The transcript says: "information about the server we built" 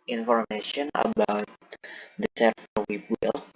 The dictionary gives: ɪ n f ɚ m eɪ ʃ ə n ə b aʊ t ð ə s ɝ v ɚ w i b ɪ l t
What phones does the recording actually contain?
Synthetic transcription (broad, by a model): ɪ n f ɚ m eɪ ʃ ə n ə b aʊ t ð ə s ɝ f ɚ w i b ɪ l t